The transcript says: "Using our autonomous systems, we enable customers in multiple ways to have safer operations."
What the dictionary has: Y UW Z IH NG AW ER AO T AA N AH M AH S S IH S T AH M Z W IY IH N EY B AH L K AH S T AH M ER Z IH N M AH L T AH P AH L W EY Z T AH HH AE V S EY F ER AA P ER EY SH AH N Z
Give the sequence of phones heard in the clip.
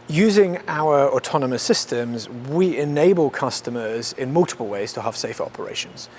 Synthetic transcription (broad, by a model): Y UW Z IH NG AW ER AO T AA N AH M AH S S IH S T AH M Z W IY IH N EY B AH L K AH S T AH M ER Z IH N M AH L T AH P AH L W EY Z T AH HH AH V S EY F ER AA P ER EY SH AH N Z